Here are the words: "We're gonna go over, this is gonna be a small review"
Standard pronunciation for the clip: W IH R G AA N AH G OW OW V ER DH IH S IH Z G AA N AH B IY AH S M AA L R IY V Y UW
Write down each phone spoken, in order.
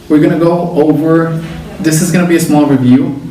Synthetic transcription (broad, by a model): W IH R G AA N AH G OW OW V ER DH IH S IH Z G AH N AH B IY AH S M AA L R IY V Y UW